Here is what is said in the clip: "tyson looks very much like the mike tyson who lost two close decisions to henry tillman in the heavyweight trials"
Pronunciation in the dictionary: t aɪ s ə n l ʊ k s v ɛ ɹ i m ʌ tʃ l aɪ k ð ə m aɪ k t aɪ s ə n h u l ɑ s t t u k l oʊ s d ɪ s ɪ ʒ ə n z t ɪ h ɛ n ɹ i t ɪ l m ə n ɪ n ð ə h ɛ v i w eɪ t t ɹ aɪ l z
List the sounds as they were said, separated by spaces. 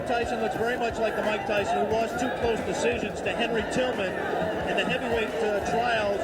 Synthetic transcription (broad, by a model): t aɪ s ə n l ʊ k s v ɛ ɹ i m ʌ tʃ l aɪ k ð ə m aɪ k t aɪ s ə n h u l ɑ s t t u k l oʊ s d ɪ s ɪ ʒ ə n z t ɪ h ɛ n ɹ i t ɪ l m ə n ɪ n ð ə h ɛ v i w eɪ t t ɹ aɪ l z